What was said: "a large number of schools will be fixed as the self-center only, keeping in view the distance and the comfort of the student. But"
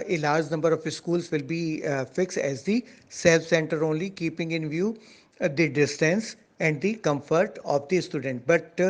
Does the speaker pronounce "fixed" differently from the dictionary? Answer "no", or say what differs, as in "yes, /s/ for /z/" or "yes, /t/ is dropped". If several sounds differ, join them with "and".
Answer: no